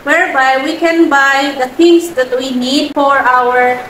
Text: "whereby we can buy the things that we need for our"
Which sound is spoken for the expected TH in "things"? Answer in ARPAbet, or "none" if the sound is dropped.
T